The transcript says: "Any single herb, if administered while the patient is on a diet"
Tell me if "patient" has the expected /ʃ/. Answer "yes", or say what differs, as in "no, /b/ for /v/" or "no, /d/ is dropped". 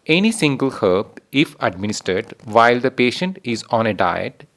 yes